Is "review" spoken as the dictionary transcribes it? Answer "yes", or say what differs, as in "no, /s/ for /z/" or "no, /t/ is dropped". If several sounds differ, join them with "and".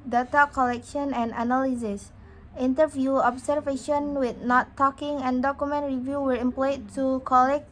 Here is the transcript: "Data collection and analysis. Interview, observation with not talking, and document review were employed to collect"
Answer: yes